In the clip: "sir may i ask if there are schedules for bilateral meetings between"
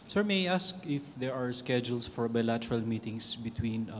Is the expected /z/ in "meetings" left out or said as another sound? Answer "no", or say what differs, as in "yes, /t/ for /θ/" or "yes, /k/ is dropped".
yes, /s/ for /z/